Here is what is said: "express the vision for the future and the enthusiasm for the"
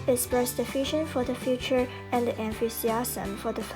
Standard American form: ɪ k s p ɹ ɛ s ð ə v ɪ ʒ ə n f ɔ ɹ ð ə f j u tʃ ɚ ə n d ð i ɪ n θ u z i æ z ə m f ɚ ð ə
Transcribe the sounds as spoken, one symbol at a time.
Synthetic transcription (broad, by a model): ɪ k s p ɹ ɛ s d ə f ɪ ʃ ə n f ɔ ɹ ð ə f j u tʃ ɚ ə n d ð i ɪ n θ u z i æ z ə m f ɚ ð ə